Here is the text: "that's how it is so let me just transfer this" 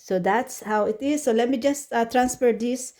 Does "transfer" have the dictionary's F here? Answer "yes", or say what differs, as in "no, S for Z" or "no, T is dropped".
no, P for F